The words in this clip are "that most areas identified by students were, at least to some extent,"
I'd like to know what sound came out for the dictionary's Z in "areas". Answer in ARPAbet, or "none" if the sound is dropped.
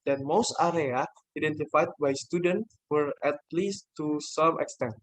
none